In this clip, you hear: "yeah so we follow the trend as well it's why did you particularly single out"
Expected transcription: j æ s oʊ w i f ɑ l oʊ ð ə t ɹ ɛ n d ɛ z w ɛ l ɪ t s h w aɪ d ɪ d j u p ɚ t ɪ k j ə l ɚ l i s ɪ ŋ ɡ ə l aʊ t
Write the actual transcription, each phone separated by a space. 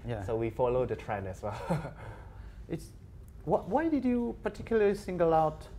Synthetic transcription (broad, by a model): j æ s oʊ w i f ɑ l oʊ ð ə t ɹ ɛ n ɛ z w ɛ l ɪ t s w w aɪ d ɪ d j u p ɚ t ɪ k j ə l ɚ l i s ɪ ŋ ɡ ə l aʊ t